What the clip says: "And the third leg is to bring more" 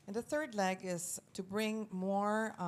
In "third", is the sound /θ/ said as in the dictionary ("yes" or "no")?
yes